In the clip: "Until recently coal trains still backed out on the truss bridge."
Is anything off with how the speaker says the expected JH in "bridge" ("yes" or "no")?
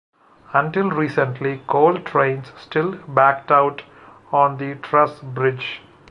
no